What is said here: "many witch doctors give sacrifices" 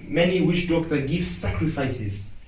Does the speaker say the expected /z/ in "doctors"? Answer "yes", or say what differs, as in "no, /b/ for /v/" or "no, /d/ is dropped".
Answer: no, /z/ is dropped